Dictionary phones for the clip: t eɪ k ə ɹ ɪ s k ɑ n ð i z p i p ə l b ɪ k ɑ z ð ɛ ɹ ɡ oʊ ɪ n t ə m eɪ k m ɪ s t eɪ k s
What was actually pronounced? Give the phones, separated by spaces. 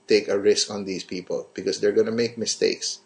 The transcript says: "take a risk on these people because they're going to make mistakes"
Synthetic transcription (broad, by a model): t eɪ k ə ɹ ɪ s k ɑ n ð i s p i p ə l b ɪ k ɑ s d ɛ ɹ ɡ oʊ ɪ n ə m eɪ k m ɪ s t eɪ k s